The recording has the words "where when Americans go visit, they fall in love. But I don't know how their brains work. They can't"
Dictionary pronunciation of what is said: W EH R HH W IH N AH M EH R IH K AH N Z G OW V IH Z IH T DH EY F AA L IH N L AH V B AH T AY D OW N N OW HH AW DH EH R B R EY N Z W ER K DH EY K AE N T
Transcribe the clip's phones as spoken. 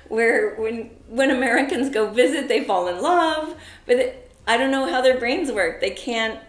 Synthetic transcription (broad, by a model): W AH R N W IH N AH M EH R IH K AH N Z G OW V IH Z IH T DH EY F AA L IH N L AH V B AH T AY D OW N N OW HH AW DH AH R B R EY N Z W ER K DH EY K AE N T